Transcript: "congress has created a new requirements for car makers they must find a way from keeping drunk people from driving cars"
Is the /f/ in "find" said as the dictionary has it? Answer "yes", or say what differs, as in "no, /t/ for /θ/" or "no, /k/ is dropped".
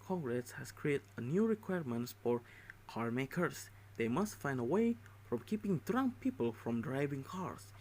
yes